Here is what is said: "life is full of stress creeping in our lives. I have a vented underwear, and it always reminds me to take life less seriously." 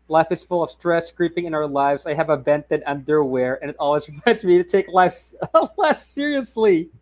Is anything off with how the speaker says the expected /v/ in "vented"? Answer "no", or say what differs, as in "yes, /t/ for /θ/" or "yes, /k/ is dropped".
yes, /b/ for /v/